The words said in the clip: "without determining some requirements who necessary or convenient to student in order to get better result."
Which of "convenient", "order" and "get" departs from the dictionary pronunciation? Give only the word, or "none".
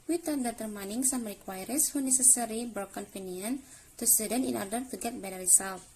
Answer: convenient